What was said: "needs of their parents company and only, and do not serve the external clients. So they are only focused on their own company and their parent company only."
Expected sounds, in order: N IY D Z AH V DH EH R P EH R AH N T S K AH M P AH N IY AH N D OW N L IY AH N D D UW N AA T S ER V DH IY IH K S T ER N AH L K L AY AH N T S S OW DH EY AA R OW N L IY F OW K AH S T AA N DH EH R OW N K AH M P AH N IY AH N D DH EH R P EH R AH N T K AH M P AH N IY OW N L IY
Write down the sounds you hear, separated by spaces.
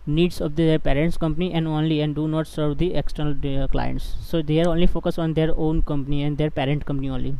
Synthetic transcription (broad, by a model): N IY D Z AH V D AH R P EH R AH N T S K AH M P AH N IY AH N D OW N L IY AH N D D UW N AA T S ER V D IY IH K S T ER N AH L K L AY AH N T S S OW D EY AA R OW N L IY F OW K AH S AA N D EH R OW N K AH M P AH N IY AH N D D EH R P EH R AH N T K AH M P AH N IY OW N L IY